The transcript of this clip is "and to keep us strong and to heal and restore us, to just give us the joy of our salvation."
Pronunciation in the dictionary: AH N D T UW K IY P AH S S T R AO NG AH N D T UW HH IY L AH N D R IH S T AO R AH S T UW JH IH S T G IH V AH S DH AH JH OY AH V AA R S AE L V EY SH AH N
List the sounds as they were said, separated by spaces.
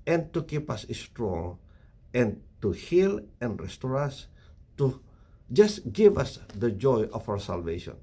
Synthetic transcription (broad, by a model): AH N T UW K IY P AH S S T R AO NG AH N T UW HH IY L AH N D R IH S T AO R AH S T UW JH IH S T G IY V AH S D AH JH OY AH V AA W S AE L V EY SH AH N